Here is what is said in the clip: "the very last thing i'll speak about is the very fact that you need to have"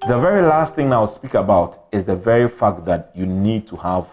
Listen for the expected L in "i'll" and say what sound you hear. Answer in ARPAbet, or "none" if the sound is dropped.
W